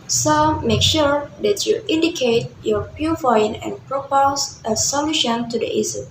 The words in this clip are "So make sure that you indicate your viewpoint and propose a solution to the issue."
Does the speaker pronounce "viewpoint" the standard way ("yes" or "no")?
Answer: no